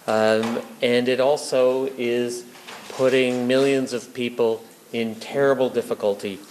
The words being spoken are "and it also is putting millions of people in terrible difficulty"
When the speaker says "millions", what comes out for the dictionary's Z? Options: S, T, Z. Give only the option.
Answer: Z